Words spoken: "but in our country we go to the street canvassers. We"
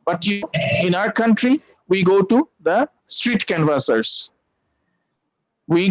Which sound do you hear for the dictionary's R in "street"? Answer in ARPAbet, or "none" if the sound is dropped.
R